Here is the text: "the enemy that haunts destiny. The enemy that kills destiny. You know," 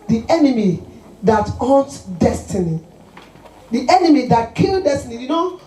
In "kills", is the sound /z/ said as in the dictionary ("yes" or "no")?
no